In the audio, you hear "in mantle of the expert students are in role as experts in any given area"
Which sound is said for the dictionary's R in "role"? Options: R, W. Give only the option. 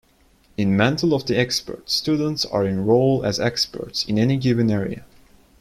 R